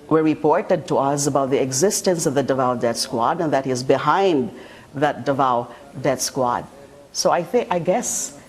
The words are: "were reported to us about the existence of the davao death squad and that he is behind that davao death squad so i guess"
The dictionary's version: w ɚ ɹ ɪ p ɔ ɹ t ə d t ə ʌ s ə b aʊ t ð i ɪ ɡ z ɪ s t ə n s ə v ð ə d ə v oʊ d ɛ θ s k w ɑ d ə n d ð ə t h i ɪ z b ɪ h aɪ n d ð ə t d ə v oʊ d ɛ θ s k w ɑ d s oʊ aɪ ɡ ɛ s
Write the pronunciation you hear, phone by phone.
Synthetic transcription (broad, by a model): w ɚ ɹ ɪ p ɔ ɹ t ə d t ə ʌ s ə b aʊ t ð i ɪ ɡ z ɪ s t ə n s ə v ð ə d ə v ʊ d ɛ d s k w ɑ d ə n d ð ə t h i ɪ z b ɪ h aɪ n d ð ə t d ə v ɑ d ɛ t s k w ɑ d s oʊ aɪ ɡ ɛ s